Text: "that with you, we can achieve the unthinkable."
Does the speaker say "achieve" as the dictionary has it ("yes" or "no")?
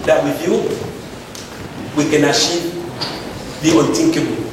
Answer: no